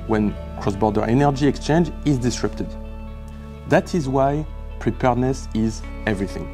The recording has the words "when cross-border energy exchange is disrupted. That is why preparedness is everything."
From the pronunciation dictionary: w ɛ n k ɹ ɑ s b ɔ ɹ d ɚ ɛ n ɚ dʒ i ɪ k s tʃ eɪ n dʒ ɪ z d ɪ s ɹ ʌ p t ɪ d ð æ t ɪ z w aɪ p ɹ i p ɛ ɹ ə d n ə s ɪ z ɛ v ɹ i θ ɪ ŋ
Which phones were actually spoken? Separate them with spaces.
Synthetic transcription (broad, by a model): w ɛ n k ɹ ɑ s b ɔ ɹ d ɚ ɛ n ɚ dʒ i ɪ k s tʃ eɪ n dʒ ɪ z d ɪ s ɹ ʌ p t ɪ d ð æ t ɪ z w aɪ p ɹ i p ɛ ɹ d n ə s ɪ z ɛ v ɹ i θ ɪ ŋ